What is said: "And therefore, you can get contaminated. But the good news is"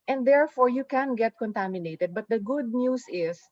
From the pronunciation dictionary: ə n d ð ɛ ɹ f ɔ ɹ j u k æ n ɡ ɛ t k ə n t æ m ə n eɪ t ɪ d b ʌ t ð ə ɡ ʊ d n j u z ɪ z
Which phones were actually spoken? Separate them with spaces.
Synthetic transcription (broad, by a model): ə n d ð ɛ ɹ f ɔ ɹ j u k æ n ɡ ɛ t k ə n t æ m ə n eɪ t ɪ d b ʌ t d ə ɡ ʊ d n j u s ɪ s